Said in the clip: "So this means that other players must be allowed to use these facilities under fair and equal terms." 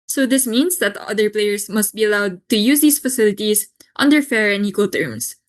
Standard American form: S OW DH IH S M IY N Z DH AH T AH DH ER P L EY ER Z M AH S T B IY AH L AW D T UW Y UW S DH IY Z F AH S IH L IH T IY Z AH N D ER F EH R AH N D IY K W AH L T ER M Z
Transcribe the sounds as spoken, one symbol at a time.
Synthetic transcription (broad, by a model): S OW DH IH S M IY N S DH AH T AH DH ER P L EY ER S M AH S T B IY AH L AW D T UW Y UW S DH IY S F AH S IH L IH T IY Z AH N D ER F EH R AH N IY K W AH L T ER M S